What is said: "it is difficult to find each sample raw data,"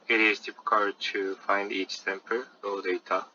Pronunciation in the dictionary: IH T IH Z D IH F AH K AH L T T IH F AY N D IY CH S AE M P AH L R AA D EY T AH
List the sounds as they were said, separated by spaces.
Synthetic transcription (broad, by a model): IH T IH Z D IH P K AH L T T IH F AY N D IY CH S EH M P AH R AA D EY T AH